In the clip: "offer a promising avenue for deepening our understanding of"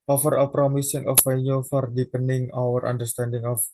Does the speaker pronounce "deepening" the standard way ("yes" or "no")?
yes